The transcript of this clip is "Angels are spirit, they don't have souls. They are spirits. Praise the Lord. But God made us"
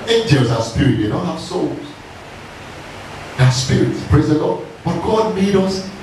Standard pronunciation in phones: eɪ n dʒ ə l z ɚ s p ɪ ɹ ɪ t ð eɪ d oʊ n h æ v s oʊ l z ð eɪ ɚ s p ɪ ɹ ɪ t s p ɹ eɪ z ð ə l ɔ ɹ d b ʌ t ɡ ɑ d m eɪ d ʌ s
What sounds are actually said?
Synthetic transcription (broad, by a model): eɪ n dʒ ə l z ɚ s p ɪ ɹ ɪ t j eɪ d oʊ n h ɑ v s oʊ l z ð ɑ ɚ s p ɪ ɹ ɪ t s p ɹ eɪ z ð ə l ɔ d b ʌ t ɡ ɑ d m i d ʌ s